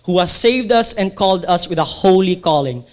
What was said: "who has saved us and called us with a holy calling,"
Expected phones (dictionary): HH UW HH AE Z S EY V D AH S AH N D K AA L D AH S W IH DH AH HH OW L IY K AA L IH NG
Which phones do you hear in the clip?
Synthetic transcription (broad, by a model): HH UW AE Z S EY V D AH S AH N K AA L D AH S W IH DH AH HH OW L IY K AA L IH NG